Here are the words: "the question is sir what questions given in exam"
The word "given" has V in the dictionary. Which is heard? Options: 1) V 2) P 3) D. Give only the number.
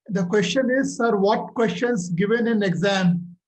1